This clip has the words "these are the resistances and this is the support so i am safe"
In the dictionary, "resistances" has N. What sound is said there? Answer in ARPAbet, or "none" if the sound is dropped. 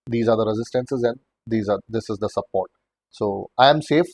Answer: N